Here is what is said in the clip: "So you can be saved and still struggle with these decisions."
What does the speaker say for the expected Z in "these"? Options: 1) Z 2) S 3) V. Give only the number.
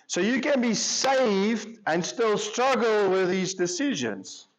1